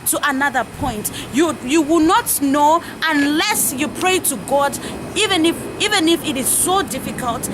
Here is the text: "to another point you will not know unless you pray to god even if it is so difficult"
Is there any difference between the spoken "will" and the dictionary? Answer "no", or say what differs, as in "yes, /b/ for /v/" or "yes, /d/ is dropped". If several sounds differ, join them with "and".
yes, /w/ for /l/